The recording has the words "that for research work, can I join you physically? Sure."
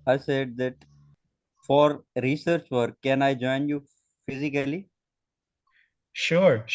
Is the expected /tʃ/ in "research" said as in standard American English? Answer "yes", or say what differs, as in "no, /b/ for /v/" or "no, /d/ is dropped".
yes